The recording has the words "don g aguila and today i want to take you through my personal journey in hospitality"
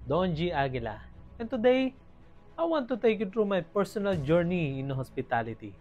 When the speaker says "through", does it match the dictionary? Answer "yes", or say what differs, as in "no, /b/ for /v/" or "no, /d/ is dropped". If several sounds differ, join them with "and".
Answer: no, /t/ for /θ/